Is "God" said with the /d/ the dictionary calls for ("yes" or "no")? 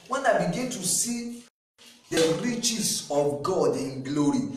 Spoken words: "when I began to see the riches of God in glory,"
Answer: yes